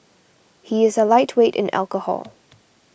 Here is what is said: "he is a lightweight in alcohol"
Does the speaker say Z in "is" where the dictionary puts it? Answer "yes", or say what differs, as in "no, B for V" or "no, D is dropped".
yes